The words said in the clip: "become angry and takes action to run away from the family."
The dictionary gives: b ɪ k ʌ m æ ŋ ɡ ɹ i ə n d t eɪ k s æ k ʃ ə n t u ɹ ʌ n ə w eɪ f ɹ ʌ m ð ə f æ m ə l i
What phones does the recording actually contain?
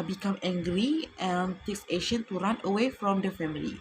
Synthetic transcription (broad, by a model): b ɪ k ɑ m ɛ ŋ ɡ ɹ i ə n t eɪ k s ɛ ʃ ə n t u ɹ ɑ n ə w eɪ f ɹ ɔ m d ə f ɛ m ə l i